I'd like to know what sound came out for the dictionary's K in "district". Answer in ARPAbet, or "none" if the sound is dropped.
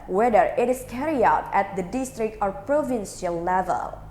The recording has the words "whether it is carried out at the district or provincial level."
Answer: K